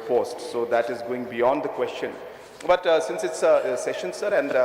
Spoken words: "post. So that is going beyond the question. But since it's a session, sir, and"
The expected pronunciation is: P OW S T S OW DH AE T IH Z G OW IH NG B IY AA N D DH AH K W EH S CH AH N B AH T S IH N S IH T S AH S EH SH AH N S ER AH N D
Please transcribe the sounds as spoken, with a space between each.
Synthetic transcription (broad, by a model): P OW S T S OW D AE T IH Z G OW IH NG B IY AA N D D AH K W EH S CH AH N B AH T S IH N S IH T S S EH SH AH N S ER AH N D